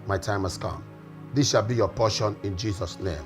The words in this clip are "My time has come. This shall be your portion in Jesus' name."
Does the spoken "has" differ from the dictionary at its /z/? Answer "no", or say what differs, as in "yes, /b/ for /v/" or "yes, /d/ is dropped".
yes, /s/ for /z/